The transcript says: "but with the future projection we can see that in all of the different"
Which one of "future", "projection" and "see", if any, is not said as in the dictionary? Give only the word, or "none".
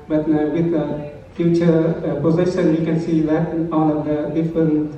projection